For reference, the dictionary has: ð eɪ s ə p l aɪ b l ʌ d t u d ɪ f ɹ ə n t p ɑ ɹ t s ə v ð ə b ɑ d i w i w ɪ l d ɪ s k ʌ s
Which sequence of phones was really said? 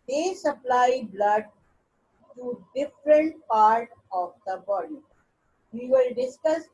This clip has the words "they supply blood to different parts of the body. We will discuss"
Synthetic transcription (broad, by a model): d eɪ s ə p l aɪ b l ʌ d t u d ɪ f ɹ ə n t p ɑ ɹ t ə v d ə b ɑ d i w i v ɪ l d ɪ s k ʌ s